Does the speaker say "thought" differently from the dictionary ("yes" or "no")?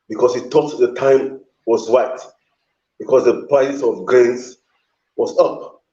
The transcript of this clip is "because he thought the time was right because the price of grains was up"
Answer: yes